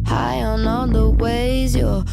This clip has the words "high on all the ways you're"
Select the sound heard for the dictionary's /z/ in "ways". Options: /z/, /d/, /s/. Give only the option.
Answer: /z/